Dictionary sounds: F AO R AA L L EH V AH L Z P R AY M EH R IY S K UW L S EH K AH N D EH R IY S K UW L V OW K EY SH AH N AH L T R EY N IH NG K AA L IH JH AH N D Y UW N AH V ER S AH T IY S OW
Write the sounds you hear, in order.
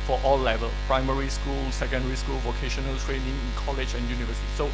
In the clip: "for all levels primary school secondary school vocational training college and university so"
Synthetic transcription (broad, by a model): F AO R AA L L EH V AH L P R AY M EH R IY S K UW L S EH K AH N D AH R IY S K UW L V OW K EY SH AH N AH L T R EY N IH NG K AA L IH JH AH N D Y UW N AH V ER S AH T IY S OW